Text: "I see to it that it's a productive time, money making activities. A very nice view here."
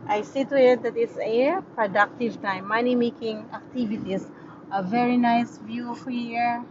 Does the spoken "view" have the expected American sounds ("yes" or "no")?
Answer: yes